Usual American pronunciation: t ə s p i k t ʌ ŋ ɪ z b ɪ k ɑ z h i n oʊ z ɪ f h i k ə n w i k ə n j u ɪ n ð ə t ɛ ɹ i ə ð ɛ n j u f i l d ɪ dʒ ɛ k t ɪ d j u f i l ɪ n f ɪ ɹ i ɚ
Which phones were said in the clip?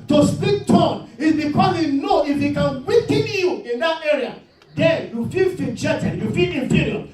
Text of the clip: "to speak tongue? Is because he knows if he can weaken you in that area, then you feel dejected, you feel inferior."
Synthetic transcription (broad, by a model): t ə s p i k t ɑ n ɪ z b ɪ k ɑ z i n oʊ ɪ f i k ə n w i k ə n j u ɪ n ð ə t ɛ ɹ i ə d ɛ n j u f i l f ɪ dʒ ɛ t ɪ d j u f i l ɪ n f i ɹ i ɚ